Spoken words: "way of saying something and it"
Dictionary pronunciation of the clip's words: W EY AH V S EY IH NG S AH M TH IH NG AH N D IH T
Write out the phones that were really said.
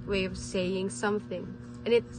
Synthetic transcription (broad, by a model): W EY AH V S EY IH NG S AH M TH IH NG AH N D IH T